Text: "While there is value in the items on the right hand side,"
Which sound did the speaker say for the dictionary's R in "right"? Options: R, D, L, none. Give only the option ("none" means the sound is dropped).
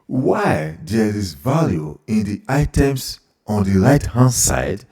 L